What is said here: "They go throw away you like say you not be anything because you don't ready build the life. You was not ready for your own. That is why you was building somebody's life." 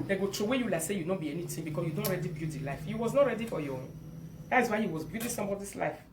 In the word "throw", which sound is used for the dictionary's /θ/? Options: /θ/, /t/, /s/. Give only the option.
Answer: /t/